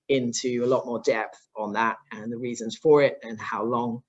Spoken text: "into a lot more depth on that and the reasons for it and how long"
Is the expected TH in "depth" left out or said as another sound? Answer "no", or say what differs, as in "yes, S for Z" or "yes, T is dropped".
no